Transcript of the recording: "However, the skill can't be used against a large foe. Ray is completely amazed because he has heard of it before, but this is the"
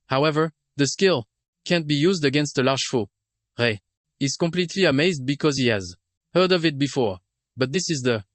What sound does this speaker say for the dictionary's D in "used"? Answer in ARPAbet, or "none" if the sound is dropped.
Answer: D